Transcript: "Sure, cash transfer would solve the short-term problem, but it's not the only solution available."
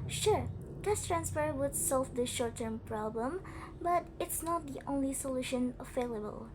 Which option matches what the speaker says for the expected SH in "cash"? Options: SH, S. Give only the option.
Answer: S